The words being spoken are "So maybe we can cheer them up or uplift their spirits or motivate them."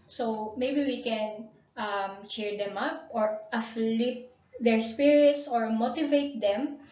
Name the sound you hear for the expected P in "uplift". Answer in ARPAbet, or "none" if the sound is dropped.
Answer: F